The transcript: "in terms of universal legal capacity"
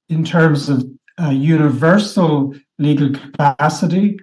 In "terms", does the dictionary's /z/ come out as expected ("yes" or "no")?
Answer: yes